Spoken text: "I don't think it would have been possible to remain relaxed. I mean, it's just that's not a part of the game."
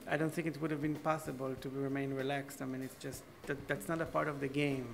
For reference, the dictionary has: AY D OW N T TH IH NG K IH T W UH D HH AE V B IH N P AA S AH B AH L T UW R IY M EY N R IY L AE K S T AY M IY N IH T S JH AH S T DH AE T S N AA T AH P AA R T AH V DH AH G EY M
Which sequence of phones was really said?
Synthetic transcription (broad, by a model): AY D OW N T TH IH NG K IH T W UH D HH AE V B IH N P AA S AH B AH L T UW R IY M EY N R IY L AE K S T AY M IY N IH T S JH AH S T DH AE T S N AA T AH P AA R T AH V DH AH G EY M